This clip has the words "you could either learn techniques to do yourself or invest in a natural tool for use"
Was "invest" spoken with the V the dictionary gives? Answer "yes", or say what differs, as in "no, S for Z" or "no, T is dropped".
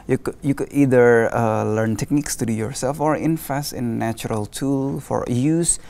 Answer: no, F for V